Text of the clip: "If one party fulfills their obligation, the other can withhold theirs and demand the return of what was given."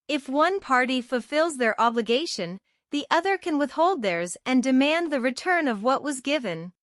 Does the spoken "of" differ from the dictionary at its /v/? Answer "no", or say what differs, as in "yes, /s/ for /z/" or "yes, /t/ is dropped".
no